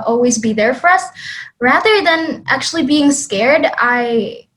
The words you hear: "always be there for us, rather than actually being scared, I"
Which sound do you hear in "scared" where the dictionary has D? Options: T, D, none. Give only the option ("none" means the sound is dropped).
D